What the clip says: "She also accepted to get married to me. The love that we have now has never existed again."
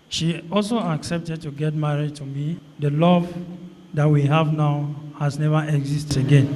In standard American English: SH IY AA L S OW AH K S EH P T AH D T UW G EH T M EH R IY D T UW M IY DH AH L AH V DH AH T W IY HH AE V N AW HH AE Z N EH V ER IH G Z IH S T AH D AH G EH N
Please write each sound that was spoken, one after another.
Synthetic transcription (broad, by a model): SH IY AA L S OW AH K S EH P T AH D T UW G EH T M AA R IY D T UW M IY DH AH L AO V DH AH T W IY HH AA V N AW HH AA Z N EH V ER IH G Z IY S T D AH G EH N